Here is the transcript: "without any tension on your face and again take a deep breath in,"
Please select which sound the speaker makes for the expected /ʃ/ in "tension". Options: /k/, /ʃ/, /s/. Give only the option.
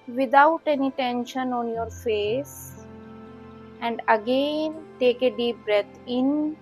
/ʃ/